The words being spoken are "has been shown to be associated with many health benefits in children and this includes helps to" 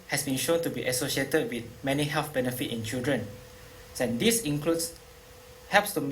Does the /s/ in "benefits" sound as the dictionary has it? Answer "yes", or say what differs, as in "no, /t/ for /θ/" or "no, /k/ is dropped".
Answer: no, /s/ is dropped